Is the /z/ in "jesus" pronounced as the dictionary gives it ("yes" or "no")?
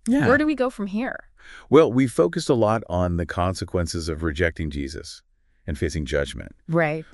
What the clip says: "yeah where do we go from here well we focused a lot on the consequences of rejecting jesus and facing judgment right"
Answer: yes